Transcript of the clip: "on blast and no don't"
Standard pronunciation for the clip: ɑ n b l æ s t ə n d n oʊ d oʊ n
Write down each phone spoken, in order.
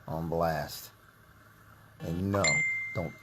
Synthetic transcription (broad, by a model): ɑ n b l æ s t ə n n oʊ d oʊ n